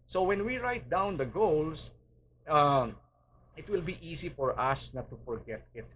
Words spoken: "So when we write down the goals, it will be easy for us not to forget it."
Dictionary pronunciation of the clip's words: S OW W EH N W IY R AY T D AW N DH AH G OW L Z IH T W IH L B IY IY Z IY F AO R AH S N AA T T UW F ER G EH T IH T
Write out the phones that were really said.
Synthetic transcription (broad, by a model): S OW W EH N W IY R AY T D AW N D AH G OW L S IH T W IH L B IY IY S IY F AO R AH S N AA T T UW F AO G EH T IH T